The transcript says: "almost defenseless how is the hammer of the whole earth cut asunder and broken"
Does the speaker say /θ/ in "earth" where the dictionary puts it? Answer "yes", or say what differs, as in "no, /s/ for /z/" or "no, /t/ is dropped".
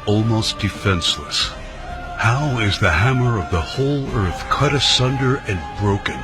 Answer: yes